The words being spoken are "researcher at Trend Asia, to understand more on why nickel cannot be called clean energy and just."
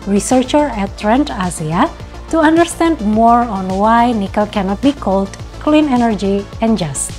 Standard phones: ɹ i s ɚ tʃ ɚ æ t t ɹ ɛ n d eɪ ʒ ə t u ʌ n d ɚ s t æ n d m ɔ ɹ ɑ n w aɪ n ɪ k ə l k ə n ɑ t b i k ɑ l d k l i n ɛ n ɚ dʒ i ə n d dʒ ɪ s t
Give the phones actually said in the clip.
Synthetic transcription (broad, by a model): ɹ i s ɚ tʃ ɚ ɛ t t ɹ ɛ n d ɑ z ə t u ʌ n d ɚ s t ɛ n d m ɔ ɹ ɑ n w aɪ n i k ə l k ə n ɑ t b i k ɑ l d k l i n ɛ n ɚ dʒ i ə n dʒ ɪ s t